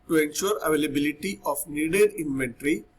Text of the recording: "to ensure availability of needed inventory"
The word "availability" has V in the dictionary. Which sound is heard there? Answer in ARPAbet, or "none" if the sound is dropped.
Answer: V